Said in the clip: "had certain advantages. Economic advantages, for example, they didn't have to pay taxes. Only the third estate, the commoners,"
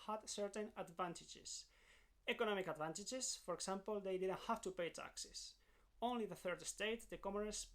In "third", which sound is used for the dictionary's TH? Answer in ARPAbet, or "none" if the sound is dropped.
TH